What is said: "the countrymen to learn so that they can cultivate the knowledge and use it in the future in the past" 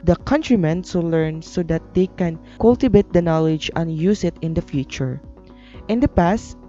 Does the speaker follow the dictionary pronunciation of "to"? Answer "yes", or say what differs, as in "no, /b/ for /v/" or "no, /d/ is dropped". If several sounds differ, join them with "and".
no, /s/ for /t/